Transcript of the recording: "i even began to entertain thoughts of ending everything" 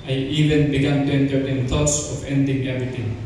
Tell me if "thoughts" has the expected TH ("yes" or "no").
no